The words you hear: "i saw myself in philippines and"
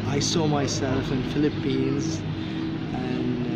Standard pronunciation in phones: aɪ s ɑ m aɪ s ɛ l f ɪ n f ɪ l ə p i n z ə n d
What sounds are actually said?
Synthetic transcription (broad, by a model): aɪ s ɑ m aɪ s ɛ l f ɪ n f ɪ l ə p i n z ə n